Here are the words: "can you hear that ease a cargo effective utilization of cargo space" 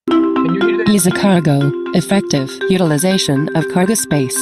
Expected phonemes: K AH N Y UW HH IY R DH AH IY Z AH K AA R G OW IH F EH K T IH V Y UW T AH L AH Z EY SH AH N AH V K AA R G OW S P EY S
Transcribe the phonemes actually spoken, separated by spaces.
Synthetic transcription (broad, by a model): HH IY IY Z AH K AA R G OW IH F EH K T IH V Y UW T AH L AH Z EY SH AH N AH V K AA R G OW S P EY S